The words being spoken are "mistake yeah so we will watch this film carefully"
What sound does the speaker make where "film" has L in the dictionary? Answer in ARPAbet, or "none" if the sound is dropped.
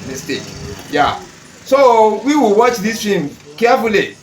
none